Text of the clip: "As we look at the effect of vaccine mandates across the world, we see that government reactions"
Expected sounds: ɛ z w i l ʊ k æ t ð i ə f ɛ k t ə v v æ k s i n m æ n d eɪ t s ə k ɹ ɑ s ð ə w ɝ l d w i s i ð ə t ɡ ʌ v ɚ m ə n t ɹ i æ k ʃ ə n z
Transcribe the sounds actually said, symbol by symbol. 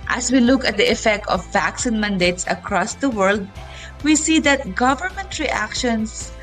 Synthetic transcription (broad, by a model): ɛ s w i l ʊ k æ t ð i ə f ɛ k t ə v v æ k s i n m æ n d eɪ t s ə k ɹ ɑ s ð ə w ɝ l d w i s i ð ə t ɡ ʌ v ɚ m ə n t ɹ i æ k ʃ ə n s